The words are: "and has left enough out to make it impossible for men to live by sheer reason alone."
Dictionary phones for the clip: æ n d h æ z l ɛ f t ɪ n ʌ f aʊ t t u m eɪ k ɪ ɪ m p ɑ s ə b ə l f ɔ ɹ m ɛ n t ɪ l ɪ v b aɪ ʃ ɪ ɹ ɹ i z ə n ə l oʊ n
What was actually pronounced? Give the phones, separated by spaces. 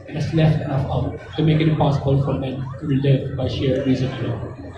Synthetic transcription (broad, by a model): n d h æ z l ɛ f t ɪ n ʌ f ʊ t t u m eɪ k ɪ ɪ p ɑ s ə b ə l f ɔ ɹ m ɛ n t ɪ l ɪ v b aɪ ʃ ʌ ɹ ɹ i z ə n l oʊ